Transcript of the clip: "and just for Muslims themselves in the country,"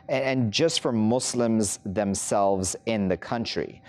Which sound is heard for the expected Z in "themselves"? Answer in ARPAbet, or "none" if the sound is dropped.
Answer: Z